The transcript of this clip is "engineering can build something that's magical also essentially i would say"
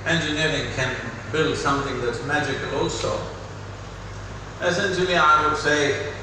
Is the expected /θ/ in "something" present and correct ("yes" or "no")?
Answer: yes